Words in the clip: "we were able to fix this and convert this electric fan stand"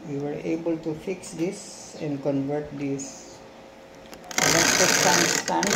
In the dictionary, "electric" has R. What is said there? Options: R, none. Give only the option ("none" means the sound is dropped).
none